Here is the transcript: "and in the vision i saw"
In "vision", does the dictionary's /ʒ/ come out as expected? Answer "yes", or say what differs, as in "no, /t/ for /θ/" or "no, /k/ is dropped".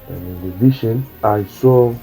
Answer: no, /ʃ/ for /ʒ/